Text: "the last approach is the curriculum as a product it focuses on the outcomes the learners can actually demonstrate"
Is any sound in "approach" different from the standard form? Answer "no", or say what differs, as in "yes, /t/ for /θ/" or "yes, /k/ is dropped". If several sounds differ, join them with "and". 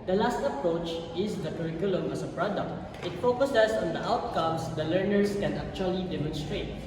no